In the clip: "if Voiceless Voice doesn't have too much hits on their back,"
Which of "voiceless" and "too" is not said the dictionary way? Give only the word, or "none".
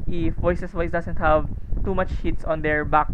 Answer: voiceless